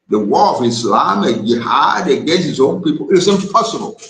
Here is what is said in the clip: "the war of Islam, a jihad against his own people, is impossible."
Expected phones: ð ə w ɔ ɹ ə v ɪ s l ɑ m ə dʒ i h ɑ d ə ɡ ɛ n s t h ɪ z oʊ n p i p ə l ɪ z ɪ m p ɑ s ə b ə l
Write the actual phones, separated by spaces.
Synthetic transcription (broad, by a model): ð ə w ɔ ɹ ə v ɪ s l ɑ m ə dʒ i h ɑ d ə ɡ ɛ s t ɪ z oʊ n p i p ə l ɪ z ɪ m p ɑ s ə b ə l